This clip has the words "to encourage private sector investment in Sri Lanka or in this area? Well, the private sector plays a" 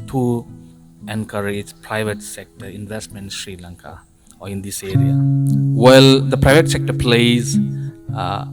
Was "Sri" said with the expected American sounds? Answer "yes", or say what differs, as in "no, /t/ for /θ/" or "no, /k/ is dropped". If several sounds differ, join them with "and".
yes